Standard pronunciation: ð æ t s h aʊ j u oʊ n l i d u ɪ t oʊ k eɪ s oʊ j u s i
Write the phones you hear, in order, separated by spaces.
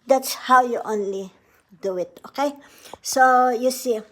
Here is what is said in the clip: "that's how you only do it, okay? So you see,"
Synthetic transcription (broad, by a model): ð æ t s h aʊ j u oʊ n l i d u ɪ t oʊ k eɪ s oʊ j u s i